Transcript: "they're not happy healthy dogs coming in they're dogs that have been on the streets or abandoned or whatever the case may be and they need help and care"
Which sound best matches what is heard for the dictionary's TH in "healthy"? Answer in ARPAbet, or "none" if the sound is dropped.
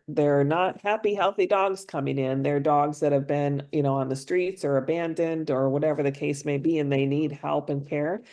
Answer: TH